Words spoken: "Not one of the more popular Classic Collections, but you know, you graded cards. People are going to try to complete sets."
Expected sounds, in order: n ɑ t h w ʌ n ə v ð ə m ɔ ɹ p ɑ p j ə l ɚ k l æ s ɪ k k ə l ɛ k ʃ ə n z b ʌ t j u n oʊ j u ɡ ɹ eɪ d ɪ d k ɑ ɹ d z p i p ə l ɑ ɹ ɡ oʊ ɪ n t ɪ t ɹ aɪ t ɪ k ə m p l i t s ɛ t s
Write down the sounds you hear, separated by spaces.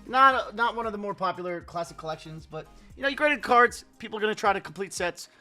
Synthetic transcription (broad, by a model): n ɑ t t w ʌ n ə v ð ə m ɔ ɹ p ɑ p j l ɚ k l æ s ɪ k k ə l ɛ k ʃ ə n z b ʌ t j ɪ n oʊ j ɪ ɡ ɹ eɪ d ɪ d k ɑ ɹ d z p i p l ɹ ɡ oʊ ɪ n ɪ t ɹ aɪ t ɪ k m p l i t s ɛ t s